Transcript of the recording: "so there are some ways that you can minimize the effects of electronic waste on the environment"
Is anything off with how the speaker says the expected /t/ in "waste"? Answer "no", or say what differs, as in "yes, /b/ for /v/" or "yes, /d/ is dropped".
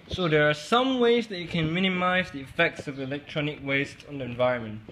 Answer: no